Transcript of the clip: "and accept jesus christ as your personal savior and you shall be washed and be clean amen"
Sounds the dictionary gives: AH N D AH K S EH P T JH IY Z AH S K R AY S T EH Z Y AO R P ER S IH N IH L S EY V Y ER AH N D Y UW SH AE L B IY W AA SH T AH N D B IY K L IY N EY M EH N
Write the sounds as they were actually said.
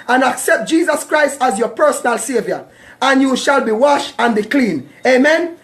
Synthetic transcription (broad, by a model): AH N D AH K S EH P T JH IY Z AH S K R AY S T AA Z Y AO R P ER S IH N IH L S EY V Y ER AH N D Y UW SH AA L B IY W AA SH AH N B IY K L IY N EY M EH N